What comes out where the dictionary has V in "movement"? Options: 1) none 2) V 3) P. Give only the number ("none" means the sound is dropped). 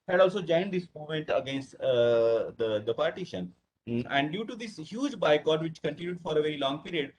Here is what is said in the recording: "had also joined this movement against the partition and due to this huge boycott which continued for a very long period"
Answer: 1